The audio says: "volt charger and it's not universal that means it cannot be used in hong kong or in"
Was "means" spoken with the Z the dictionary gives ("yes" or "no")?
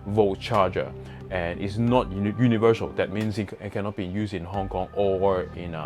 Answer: no